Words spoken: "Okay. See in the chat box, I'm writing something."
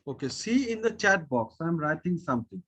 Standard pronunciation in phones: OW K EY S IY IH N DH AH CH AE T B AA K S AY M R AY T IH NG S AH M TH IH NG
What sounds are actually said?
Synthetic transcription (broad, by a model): OW K EY S IY IH N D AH CH AE T B AA K S AY M R AY T IH NG S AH M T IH NG